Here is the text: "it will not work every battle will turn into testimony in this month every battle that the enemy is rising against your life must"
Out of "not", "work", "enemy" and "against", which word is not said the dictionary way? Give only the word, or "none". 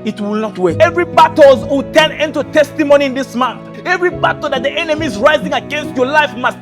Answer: work